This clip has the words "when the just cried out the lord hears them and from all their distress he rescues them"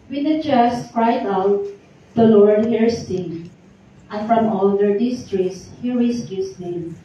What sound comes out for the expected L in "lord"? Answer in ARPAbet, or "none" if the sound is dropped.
L